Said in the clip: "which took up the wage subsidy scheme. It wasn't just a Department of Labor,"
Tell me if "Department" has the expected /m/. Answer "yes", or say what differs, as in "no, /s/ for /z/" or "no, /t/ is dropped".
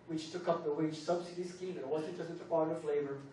no, /m/ is dropped